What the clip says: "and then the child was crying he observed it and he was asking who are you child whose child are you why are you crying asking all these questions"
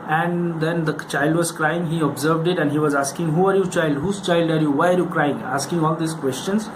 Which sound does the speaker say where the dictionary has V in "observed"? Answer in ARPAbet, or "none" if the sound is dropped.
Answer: V